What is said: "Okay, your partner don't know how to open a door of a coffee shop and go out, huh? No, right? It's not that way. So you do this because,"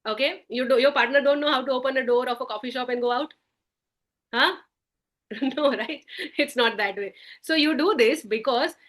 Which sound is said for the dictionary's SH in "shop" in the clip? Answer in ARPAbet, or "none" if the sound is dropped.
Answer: SH